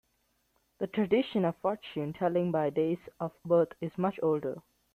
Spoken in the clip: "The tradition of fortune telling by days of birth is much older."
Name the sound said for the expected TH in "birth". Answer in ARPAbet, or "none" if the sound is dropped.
T